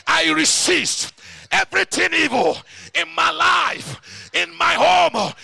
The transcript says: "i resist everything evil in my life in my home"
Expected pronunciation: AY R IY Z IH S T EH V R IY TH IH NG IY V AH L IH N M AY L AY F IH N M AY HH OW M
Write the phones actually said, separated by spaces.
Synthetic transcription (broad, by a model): AY R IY S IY S T EH V R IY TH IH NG IY V AH L IH N M AY L AY F IH N M AY HH OW M